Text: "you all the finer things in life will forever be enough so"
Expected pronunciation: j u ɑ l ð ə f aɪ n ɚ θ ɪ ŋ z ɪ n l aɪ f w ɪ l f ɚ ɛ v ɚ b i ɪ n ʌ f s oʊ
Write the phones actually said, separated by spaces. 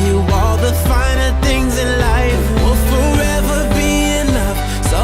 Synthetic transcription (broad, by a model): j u ɑ l ð ə f aɪ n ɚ θ ɪ ŋ z ɪ n l aɪ f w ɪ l f ɚ ɛ v ɚ b i ɪ n ʌ f s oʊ